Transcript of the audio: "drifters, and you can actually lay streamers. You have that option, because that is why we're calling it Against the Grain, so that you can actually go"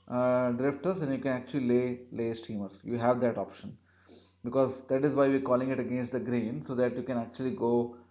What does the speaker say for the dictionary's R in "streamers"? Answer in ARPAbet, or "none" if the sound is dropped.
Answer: none